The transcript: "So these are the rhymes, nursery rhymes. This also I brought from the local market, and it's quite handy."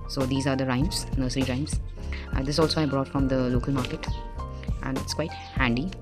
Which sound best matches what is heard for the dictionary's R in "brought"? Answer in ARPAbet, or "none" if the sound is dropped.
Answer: R